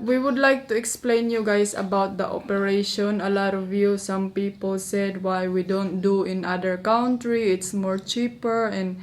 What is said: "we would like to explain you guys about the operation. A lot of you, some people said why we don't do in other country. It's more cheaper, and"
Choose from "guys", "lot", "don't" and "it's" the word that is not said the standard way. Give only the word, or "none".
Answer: guys